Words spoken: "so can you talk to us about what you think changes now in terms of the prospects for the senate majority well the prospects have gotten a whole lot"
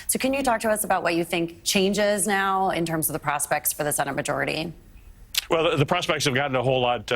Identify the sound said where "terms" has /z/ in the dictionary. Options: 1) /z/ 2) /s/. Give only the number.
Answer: 1